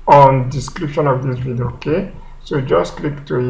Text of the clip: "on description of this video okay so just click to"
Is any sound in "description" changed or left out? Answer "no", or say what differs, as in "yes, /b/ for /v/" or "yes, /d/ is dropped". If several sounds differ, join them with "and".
no